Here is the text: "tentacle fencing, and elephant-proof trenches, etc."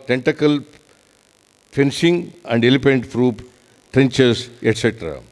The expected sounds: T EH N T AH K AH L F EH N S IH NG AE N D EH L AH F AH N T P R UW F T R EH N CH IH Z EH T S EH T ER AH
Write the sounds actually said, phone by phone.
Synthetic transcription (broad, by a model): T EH N T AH K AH L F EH N S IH NG AE N D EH L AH P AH N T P R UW P T R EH N CH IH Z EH T S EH T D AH